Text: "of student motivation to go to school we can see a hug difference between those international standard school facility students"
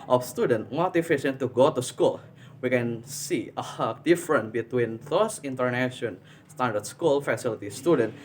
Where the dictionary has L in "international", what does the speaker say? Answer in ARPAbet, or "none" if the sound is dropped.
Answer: N